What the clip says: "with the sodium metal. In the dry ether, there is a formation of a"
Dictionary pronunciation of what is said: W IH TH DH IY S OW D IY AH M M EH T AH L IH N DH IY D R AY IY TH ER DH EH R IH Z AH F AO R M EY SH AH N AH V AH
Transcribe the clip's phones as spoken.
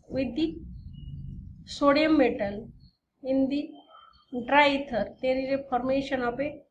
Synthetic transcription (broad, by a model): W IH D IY S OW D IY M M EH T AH N IH N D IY D R AY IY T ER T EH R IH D AH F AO R M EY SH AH N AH P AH